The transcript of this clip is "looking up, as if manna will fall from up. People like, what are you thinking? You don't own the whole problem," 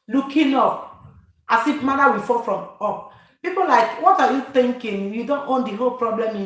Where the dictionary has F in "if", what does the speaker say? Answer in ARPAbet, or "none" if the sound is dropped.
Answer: P